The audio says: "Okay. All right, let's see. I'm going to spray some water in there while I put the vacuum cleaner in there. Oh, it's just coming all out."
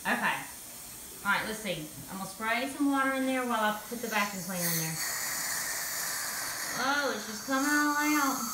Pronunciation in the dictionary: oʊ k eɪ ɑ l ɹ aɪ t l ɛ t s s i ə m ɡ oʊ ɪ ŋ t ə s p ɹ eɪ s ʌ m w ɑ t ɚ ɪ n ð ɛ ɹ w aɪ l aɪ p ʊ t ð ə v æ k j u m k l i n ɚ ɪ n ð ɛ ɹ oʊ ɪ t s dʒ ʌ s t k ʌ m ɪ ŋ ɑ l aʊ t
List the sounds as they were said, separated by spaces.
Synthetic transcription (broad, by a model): oʊ k eɪ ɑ ɹ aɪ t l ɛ t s s i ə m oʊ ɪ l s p ɹ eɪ s ʌ m w ɑ t ɚ ɪ n ð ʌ ɹ w aɪ l aɪ p ʊ t ð ə b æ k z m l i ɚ ɪ n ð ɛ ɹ oʊ ɪ t s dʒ ʌ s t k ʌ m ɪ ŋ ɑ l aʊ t